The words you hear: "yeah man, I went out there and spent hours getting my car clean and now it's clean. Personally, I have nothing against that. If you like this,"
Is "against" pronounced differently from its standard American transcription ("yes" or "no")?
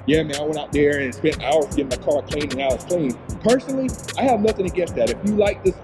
yes